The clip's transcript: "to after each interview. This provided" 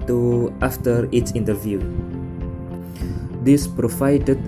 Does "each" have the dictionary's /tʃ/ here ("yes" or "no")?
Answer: no